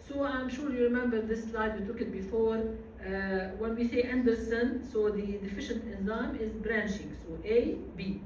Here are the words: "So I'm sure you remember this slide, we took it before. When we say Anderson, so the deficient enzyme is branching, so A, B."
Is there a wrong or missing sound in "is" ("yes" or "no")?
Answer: no